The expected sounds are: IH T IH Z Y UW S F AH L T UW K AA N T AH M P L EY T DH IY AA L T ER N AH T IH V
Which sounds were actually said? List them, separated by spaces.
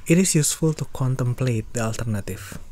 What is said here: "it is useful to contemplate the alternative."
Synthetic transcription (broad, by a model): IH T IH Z Y UW S F AH L T UW K AA N T AH M P L EY T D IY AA L T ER N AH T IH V